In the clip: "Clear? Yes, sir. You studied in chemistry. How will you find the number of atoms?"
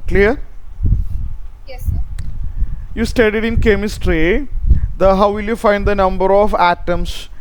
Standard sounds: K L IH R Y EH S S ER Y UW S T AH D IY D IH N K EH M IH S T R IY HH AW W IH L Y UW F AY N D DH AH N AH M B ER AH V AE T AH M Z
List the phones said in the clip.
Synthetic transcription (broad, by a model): K L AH R Y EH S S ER Y UW S T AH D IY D IH N K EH M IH S T R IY HH AW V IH L Y UW F AY N D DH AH N AH M B ER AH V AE T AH M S